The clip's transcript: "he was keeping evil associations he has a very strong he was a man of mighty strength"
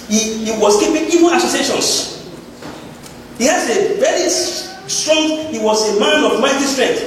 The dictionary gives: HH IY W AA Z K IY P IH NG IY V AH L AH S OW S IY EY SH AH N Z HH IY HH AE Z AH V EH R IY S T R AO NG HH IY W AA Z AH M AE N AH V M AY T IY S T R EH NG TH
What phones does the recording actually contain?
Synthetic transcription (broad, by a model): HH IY W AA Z K IY P IH NG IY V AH N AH S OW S IY EY SH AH N S HH IY HH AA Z AH V EH R IY S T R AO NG HH IY W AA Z AH M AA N AH V M AY T IY S T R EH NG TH